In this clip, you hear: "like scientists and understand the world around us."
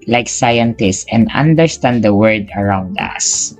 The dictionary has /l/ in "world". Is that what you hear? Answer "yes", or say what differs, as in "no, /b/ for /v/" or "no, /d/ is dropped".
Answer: no, /l/ is dropped